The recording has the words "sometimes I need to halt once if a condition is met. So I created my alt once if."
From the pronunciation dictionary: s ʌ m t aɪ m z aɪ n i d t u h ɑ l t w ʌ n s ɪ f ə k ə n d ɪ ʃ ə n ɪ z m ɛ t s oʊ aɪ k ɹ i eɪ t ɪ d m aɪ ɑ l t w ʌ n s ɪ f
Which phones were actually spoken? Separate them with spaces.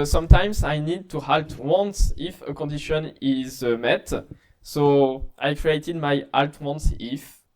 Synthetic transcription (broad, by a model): s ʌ m t aɪ m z aɪ n i d t u h ɑ l t w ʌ n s ɪ f ə k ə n d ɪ ʃ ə n ɪ z m ɛ t s oʊ aɪ k ɹ i eɪ t ɪ d m aɪ ɑ l t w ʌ n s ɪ f